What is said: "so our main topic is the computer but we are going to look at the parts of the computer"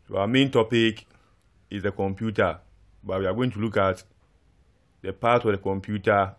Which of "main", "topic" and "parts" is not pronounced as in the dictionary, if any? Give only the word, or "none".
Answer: parts